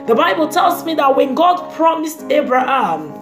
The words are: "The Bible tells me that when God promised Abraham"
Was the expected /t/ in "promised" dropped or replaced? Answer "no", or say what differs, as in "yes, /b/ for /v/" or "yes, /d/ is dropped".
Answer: no